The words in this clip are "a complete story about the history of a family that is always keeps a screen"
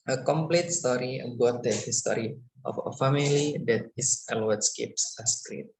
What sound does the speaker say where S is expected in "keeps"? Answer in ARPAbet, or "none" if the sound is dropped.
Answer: S